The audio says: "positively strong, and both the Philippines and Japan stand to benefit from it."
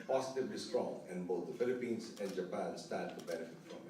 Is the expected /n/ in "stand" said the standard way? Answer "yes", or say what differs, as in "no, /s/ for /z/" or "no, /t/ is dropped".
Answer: no, /n/ is dropped